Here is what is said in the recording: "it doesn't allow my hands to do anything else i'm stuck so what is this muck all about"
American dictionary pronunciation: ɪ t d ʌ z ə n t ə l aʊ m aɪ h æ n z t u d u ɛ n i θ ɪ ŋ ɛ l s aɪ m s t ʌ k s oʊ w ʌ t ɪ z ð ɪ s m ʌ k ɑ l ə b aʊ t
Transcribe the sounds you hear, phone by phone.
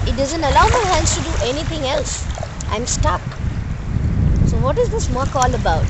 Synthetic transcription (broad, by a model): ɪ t d ʌ z ə n t ə l aʊ m aɪ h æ n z t u d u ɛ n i t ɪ ŋ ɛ l s aɪ m s t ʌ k s oʊ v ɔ t ɪ z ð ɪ s m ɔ k ɑ l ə b aʊ t